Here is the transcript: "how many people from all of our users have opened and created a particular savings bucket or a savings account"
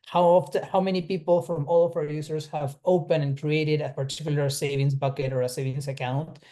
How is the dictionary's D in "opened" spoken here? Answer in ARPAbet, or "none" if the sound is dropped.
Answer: none